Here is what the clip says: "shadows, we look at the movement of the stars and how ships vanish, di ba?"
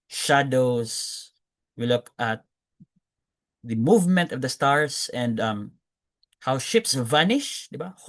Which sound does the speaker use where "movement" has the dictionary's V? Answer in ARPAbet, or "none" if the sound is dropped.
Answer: V